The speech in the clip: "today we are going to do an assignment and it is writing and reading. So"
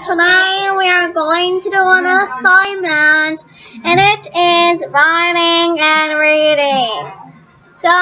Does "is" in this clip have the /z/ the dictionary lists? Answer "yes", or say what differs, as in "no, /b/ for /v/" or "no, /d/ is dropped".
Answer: yes